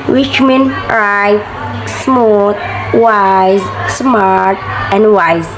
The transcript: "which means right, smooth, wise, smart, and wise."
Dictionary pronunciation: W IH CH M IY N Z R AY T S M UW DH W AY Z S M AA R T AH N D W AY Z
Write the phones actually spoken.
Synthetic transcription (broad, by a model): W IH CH M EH N R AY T S M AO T W AY Z S M AA R T AH N D W AY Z